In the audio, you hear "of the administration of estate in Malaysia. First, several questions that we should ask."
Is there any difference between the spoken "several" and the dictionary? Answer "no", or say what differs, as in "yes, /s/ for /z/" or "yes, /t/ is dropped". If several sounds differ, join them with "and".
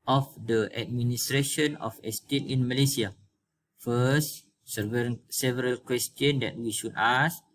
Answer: no